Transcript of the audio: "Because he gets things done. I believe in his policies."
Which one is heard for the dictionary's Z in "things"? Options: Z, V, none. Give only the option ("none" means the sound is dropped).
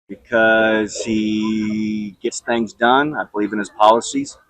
Z